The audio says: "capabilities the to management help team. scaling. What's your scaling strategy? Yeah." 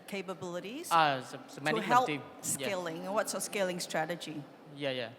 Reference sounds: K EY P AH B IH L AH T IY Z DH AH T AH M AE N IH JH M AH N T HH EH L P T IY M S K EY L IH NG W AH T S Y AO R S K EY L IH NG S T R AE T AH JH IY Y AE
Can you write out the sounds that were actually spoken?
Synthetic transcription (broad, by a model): K EY P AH B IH L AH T IY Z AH S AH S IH M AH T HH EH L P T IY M S K EY L IH NG W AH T S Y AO S K EY L IH NG S T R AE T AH JH IY Y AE